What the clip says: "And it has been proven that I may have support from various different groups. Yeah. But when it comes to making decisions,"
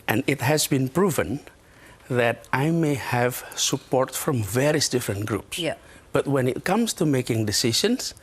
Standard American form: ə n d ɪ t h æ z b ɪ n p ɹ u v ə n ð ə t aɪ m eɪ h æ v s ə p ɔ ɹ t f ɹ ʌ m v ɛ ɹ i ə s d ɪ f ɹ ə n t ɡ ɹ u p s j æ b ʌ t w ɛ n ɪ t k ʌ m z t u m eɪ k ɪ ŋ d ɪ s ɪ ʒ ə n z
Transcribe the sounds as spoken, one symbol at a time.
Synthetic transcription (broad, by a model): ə n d ɪ t h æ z b ɪ n p ɹ u v ə n ð ə t aɪ m eɪ h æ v s ə p ɔ ɹ t f ɹ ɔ m v ɛ ɹ i ə s d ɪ f ɹ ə n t ɡ ɹ u p s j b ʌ t w ɛ n ɪ t k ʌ m s t u m eɪ k ɪ ŋ d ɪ s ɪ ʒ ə n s